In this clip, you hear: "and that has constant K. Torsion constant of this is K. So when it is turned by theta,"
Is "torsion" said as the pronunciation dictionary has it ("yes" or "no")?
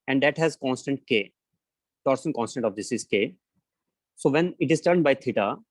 no